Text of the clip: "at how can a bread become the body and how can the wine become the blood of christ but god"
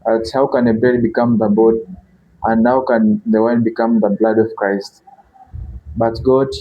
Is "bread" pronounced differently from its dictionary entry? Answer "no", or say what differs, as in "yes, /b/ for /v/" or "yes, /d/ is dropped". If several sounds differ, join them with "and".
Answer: yes, /ɹ/ is dropped